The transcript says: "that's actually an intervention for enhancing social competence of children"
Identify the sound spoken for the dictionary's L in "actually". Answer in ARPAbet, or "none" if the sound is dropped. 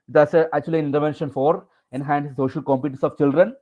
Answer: none